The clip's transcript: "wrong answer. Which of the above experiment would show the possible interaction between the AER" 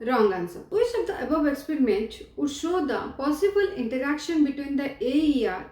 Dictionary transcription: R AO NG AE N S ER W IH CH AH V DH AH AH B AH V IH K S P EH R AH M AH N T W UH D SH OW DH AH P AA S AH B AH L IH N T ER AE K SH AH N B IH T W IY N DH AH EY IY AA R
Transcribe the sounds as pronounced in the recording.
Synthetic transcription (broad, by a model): R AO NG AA N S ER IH S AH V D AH AH B AH V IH K S P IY R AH M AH N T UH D SH OW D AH P AA S AH B AH L IH N T ER AE K SH AH N B IH T W IY N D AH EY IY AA R